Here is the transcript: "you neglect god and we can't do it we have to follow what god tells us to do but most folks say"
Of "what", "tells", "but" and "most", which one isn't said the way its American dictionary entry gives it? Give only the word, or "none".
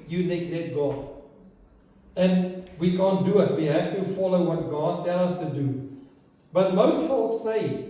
tells